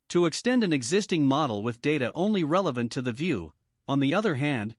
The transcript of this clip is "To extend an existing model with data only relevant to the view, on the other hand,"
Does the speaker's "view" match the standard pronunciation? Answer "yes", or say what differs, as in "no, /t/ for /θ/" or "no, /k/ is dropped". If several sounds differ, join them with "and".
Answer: yes